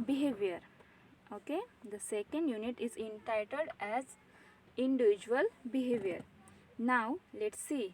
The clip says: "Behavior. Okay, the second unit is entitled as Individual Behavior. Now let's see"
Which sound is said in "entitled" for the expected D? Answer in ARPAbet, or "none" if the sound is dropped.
D